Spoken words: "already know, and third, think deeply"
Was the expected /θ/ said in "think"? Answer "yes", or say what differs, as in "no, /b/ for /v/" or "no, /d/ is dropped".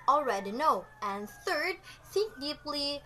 no, /s/ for /θ/